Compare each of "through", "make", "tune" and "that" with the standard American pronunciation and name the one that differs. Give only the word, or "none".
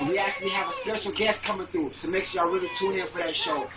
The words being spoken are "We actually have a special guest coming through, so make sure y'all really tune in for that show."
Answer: through